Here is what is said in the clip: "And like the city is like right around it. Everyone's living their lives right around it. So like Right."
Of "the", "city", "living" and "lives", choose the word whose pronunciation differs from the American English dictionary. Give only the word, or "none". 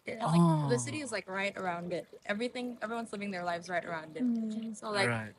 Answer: none